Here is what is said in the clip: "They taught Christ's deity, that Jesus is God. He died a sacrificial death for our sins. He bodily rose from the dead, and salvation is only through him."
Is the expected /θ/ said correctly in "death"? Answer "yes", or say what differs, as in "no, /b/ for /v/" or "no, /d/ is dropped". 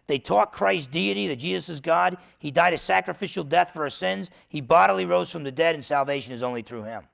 yes